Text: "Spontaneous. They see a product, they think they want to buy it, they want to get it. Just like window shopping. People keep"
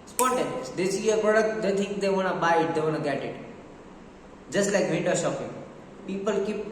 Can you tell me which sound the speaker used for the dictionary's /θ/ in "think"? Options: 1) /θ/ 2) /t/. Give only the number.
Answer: 2